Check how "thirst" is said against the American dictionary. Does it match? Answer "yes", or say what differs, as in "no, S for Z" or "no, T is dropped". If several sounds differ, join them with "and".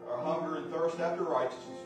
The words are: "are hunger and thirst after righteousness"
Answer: yes